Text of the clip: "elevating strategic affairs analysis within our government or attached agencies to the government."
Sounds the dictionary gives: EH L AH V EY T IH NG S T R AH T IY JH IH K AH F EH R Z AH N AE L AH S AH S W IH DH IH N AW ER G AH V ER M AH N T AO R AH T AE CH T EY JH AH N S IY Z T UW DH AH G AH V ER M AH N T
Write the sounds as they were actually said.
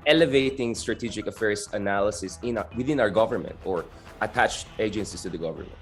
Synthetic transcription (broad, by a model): EH L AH V EY T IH NG S T R AH T IY JH IH K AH F EH R S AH N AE L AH S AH S W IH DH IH N AW ER G AH V ER M AH N T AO R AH T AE CH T EY JH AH N S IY S T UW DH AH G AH V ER M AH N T